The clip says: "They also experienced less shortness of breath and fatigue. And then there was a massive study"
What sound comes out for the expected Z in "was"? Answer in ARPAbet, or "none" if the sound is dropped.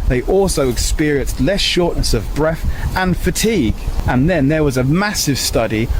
Z